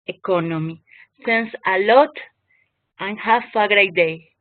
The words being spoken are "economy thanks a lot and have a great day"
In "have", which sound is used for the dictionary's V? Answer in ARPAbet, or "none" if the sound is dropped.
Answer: F